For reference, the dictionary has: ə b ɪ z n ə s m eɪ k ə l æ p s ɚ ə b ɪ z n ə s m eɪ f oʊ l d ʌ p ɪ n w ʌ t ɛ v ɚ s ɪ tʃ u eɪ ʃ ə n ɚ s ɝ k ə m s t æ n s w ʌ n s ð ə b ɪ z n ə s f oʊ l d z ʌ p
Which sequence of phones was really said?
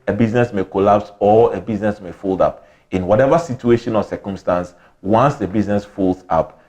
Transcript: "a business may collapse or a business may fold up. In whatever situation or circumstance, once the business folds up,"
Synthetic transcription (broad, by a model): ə b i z n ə s m eɪ k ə l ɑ p s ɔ ə b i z n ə s m eɪ f oʊ l d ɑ p ɪ n w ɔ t ɛ v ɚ s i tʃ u eɪ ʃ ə n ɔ s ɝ k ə m s t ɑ n s w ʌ n s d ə b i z n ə s f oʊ l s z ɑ p